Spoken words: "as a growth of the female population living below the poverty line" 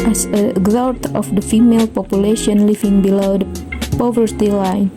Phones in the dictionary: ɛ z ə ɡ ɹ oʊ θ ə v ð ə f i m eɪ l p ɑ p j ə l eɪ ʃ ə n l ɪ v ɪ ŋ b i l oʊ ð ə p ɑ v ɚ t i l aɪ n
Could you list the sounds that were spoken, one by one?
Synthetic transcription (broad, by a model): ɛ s ə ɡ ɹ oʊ t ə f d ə f i m eɪ l p ɑ p j ə l eɪ ʃ ə n l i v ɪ ŋ b i l oʊ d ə p ɑ v ɚ t i l aɪ n